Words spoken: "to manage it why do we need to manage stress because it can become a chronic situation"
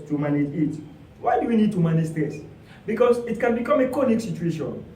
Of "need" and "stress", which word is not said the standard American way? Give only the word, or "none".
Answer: stress